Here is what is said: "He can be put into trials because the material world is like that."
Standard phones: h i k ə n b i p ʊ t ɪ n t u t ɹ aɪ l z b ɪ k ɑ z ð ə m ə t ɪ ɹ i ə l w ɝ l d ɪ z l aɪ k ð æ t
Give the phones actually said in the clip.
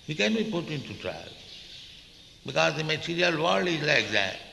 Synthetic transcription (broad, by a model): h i k ə n b i p ʊ t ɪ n t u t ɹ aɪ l b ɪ k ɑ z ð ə m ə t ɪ ɹ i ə l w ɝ l ɪ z l aɪ k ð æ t